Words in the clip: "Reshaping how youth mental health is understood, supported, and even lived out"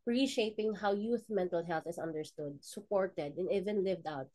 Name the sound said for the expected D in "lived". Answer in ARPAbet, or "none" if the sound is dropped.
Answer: D